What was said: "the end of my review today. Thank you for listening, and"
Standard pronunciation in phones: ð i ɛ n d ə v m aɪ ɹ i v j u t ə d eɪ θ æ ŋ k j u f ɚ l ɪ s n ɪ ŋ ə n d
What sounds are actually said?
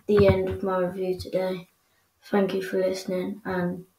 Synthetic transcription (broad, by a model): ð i ɛ n d ə v m aɪ ɹ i v j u t ə d eɪ θ æ ŋ k j u f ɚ l ɪ s n ɪ ŋ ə n